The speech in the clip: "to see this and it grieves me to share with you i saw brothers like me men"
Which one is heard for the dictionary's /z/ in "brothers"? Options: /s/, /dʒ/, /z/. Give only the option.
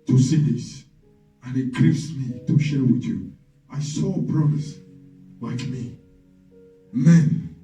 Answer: /s/